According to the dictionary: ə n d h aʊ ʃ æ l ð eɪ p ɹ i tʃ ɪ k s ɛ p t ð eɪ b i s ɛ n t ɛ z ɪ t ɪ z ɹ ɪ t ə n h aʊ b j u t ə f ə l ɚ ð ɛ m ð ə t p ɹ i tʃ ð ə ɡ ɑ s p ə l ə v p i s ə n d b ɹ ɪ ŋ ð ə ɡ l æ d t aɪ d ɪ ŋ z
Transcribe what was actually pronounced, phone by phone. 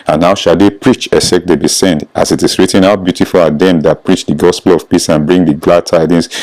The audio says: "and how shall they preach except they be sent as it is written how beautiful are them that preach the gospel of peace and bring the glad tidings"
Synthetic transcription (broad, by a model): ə n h aʊ ʃ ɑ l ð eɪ p ɹ i tʃ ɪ s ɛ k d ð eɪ b i s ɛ n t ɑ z ɪ t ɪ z ɹ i t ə n h aʊ b j u t ə f ə l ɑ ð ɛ m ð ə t p ɹ i tʃ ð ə ɡ ɑ s p ə l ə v p i s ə n b ɹ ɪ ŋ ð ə ɡ l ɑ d t aɪ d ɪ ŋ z